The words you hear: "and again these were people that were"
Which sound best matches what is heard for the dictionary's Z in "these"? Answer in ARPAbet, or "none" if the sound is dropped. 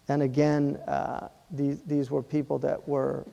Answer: Z